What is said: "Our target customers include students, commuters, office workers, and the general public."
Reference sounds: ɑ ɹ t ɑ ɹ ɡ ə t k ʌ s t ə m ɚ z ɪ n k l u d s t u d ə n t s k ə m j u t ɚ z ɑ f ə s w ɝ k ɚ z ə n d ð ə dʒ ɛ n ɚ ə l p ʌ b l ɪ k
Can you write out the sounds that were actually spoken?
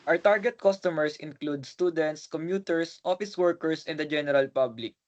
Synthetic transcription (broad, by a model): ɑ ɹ t ɑ ɹ ɡ ə t k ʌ s t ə m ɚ s ɪ n k l u d s t u d ə n t s k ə m j u t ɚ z ɑ f ə s w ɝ k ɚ s ə n d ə dʒ ɛ n ɚ ə l p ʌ b l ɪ k